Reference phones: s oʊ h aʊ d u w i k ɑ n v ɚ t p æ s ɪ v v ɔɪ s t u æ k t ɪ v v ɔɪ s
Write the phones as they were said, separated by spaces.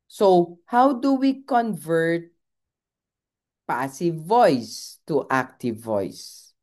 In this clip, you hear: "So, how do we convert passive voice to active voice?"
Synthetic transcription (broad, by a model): s oʊ h aʊ d u w i k ɑ n v ɚ t p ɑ s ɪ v v ɔɪ s t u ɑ k t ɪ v v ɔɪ s